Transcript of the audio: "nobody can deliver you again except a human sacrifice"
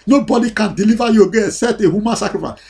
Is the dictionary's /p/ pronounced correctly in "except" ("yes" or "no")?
no